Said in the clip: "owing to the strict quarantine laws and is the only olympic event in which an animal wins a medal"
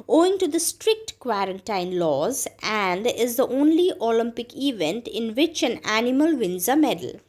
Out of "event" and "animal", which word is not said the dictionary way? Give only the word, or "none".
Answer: none